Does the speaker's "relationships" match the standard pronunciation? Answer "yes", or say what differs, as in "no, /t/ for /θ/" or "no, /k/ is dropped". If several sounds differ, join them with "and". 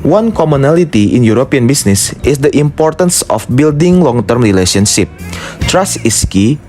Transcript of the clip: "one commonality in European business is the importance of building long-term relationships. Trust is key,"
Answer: no, /s/ is dropped